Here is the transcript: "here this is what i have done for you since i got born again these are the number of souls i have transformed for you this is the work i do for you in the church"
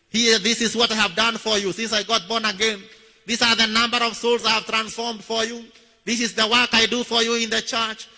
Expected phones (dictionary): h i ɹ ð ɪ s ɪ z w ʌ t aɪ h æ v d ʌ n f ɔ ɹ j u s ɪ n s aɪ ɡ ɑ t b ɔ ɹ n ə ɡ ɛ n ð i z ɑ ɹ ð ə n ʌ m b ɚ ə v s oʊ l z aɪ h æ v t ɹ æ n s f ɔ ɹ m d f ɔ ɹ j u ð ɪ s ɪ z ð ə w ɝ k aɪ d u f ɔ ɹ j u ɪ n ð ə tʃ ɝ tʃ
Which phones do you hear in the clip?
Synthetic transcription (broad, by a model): h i ð ɪ s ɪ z w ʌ t aɪ h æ v d ʌ n f ɔ ɹ j u s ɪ n s aɪ ɡ ɑ t b ɔ ɹ n ə ɡ ɛ n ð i s ɑ ɹ ð ə n ʌ m b ɚ ə v s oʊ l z aɪ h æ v t ɹ æ n s f ɔ ɹ m d f ɔ ɹ j u ð ɪ s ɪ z ð ə w ɝ k aɪ d u f ɔ ɹ j u ɪ n ð ə tʃ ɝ tʃ